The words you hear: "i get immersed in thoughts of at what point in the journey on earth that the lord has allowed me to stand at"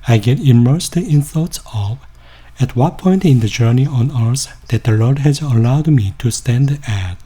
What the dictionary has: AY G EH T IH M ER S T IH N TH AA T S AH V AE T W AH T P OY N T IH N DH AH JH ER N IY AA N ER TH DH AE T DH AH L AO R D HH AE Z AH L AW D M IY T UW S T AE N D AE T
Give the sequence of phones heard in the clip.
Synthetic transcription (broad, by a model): AY G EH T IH M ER S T IH N TH AA T S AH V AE T W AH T P OY N T IH N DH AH JH ER N IY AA N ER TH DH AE T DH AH L AO R D HH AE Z AH L AW D M IY T UW S T AE N D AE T